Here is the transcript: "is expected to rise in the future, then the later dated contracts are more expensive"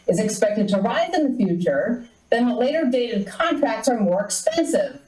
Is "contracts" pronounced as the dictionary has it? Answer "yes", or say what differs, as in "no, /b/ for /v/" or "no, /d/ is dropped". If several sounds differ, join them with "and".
yes